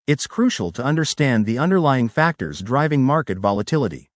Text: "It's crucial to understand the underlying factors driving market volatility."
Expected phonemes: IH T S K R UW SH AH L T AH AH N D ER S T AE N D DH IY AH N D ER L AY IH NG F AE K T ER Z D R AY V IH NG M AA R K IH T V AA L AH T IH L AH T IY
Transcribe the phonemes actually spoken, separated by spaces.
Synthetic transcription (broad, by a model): IH T S K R UW SH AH L T AH AH N D ER S T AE N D DH IY AH N D ER L AY IH NG F AE K T ER Z D R AY V IH NG M AA R K IH T V AA L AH T IH L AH T IY